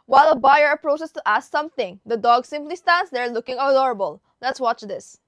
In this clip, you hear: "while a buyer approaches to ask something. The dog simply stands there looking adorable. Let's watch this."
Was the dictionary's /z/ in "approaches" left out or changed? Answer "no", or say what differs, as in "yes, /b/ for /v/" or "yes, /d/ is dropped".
yes, /s/ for /z/